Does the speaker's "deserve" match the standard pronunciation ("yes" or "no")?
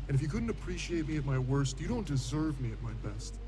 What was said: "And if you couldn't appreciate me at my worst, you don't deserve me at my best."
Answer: yes